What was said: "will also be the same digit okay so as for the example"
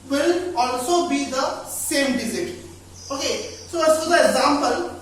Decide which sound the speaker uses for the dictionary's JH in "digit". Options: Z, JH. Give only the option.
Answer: Z